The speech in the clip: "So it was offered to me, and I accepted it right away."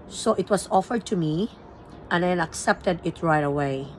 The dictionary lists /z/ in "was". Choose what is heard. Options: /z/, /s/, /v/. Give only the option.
/s/